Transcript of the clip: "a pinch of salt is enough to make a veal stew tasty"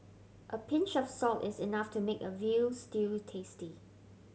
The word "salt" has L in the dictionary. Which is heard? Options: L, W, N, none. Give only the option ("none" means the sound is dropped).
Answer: L